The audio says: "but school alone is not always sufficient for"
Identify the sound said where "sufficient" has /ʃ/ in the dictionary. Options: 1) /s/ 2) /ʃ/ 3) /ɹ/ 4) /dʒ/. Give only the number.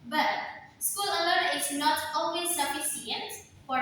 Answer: 1